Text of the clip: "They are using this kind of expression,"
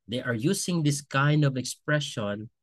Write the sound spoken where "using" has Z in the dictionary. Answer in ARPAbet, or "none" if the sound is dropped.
S